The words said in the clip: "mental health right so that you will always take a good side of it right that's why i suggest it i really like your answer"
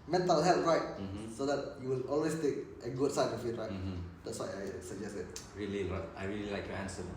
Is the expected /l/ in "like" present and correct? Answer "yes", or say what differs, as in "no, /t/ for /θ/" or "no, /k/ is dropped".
yes